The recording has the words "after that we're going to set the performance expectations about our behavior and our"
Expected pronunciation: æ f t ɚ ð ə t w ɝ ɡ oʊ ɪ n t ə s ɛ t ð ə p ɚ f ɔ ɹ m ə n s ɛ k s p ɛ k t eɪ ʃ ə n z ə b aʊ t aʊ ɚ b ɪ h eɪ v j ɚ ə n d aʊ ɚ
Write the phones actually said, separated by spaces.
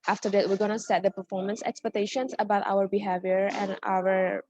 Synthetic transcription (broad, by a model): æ f t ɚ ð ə t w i ɡ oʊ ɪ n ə s ɛ t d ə p ɚ f ɔ ɹ m ə n s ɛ k s p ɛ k t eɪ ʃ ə n s ə b aʊ t aʊ ɚ b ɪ h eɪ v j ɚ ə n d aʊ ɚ